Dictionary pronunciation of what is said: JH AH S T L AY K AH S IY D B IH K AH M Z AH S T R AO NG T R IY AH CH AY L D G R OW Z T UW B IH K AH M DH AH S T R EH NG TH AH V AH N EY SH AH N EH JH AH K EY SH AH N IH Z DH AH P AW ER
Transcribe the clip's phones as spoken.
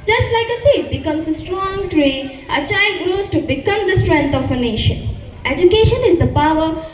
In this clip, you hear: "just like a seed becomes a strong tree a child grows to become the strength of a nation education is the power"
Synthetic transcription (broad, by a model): JH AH S T L AY K AH S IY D B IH K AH M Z AH S T R AO NG T R IY AH CH AY L D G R OW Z T UW B IH K AH M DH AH S T R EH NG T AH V AH N EY SH AH N EH JH AH K EY SH AH N IH Z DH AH P AW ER